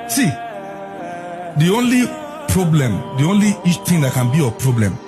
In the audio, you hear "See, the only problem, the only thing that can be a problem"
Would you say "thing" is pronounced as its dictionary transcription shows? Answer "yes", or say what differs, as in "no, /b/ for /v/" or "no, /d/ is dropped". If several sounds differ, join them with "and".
no, /t/ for /θ/